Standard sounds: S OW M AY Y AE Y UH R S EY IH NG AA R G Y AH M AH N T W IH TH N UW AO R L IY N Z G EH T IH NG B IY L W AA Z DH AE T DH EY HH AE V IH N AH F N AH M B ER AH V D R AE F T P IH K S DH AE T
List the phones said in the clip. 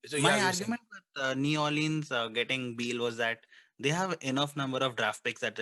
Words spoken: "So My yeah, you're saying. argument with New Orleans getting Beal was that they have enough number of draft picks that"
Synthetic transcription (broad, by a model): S M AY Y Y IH AA R G Y AH M AH N T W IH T N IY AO L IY N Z G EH T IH NG B IY L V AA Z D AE T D EY HH AE V IH N AH F N AH M B ER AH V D R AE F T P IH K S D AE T